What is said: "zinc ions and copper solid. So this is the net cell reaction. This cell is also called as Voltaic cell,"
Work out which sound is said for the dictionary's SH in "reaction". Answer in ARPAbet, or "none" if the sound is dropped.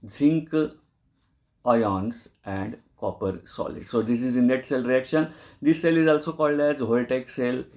SH